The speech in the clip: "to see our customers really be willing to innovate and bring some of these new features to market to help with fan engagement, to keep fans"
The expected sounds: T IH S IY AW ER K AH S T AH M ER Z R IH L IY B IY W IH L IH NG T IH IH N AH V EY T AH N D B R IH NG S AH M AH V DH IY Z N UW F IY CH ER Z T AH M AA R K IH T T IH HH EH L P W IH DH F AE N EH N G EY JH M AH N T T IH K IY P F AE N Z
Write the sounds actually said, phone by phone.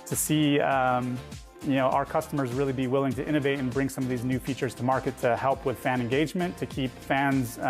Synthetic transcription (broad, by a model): T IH S IY AW ER K AH S T AH M ER Z R IH L IY B IY W IH L IH NG T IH IH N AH V EY T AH N B R IH NG S AH M AH V DH IY Z N UW F IY CH ER Z T AH M AA R K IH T T IH HH EH L P W IH DH F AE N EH N G EY JH M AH N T T IH K IY P F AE N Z